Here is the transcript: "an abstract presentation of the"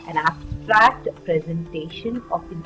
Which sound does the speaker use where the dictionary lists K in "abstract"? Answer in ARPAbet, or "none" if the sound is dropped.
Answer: K